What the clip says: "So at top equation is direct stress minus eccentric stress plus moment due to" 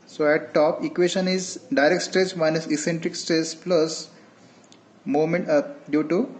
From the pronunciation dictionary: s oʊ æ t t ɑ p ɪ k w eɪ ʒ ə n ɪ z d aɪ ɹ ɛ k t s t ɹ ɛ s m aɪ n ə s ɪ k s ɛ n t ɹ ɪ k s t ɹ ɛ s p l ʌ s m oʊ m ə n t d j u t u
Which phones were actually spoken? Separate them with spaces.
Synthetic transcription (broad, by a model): s oʊ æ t t ɑ p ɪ k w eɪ ʃ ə n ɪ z d aɪ ɹ ɛ k t s t ɹ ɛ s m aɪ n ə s ɪ k s ɛ n t ɹ ɪ k s t ɹ ɛ s p l ʌ s m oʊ m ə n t d j u t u